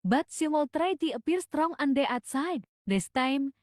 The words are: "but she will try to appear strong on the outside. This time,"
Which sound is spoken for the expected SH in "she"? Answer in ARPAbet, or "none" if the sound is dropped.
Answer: S